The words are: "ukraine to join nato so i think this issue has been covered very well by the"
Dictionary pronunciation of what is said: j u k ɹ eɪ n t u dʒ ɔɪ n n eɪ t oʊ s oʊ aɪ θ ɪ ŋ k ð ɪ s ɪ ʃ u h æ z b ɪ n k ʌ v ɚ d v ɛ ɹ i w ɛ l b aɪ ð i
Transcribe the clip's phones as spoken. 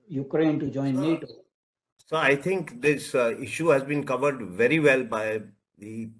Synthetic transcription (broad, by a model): j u k ɹ eɪ n t u dʒ ɔɪ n n eɪ t oʊ s oʊ aɪ t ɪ ŋ k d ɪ s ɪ ʃ u h æ z b ɪ n k ʌ v ɚ d v ɛ ɹ i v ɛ l b aɪ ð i